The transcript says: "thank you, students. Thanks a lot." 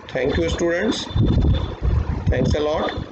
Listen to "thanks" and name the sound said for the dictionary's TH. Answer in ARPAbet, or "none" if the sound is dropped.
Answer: T